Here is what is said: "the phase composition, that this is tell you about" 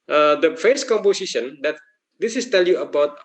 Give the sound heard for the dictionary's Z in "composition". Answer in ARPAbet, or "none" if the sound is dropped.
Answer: S